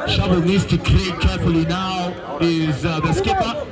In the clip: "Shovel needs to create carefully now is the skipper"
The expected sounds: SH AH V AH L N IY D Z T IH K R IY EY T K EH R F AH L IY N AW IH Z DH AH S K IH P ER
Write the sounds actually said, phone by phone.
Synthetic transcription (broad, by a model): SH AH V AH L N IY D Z T IH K L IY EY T K EH R F AH L IY N AW IH Z DH AH S K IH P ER